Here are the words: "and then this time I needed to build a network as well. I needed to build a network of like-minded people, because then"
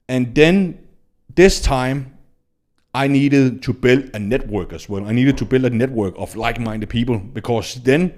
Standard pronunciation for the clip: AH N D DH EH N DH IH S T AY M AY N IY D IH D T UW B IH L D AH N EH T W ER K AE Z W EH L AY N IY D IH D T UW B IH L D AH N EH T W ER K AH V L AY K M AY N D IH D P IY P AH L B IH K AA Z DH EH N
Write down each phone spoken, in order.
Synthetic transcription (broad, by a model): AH N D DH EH N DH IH S T AY M AY N IY D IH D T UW B IH L D AH N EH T W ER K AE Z W EH L AY N IY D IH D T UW B IH L D AH N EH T W ER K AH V L AY K M AY N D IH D P IY P AH L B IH K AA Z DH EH N